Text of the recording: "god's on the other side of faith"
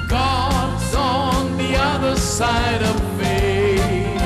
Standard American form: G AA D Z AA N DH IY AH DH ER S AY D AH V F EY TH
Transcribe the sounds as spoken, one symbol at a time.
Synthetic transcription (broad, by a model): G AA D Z N DH IY AH DH ER S AY D AH V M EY